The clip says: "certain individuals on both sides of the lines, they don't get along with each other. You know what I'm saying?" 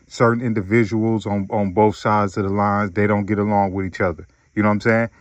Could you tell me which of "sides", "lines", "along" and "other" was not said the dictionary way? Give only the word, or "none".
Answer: none